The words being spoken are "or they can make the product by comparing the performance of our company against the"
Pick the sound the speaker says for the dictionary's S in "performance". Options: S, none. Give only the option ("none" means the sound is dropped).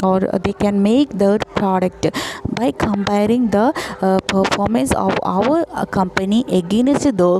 S